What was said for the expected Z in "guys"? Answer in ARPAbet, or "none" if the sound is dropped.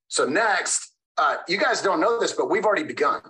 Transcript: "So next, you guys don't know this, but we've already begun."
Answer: Z